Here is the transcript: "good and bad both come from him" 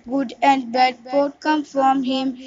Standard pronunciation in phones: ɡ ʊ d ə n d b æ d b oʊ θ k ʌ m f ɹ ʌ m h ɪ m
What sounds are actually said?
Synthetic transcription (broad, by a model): ɡ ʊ d ə n d b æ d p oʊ t k ʌ m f ɹ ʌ m h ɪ m